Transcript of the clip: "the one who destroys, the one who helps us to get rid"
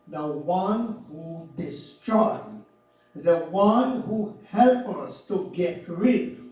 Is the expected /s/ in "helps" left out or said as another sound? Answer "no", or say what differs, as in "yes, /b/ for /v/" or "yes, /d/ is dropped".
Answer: yes, /s/ is dropped